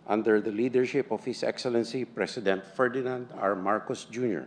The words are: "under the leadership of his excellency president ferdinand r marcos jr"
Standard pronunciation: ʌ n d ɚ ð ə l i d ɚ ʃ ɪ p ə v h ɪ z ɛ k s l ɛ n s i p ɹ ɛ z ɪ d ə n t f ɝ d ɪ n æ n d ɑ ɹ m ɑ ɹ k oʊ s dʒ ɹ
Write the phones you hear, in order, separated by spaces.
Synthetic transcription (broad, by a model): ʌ n d ɚ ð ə l i d ɚ ʃ ɪ p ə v h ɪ s ɛ k s l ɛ n s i p ɹ ɛ s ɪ d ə n t f ɝ d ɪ n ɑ n d ɑ ɹ m ɑ ɹ k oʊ s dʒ ɹ